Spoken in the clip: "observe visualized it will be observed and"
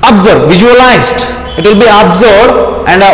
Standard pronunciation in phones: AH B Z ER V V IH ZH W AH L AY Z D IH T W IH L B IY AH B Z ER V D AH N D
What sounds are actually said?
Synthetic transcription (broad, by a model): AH B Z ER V V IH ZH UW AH L AY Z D IH T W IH L B IY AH B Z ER D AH N D